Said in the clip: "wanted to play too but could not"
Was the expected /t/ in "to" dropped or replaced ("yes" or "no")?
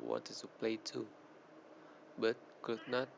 yes